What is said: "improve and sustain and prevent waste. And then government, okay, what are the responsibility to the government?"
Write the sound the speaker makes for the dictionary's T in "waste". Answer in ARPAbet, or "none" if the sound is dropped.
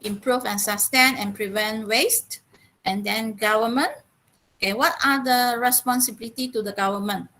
T